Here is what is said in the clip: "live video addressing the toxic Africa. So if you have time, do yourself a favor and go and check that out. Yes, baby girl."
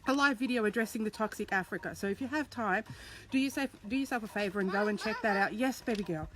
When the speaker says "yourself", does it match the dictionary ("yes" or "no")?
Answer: no